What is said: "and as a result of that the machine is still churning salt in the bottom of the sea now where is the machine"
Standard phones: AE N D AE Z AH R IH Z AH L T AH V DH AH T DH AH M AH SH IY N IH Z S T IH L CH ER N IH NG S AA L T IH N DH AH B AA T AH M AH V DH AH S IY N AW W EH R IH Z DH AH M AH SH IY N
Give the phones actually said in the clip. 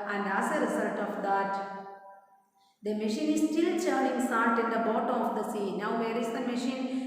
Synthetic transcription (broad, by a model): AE N D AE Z AH R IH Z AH L T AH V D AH T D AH M AH SH IY N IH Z S T IH L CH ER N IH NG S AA N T IH N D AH B AA T AH M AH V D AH S IY N AW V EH R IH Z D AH M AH SH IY N